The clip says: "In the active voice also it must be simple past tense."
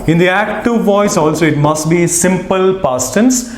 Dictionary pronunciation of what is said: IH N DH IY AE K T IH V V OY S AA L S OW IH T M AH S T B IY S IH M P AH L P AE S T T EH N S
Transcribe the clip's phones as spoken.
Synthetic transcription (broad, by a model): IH N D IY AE K T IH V V OY S AA L S OW IH T M AH S T B IY S IH M P AH L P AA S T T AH N S